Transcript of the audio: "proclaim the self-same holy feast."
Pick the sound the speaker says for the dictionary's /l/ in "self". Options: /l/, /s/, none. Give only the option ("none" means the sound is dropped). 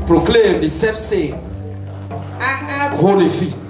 none